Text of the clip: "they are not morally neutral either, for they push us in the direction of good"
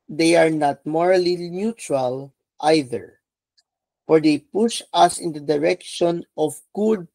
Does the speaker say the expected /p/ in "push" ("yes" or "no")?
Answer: yes